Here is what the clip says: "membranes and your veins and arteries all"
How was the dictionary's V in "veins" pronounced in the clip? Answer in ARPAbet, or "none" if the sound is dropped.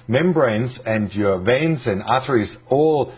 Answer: V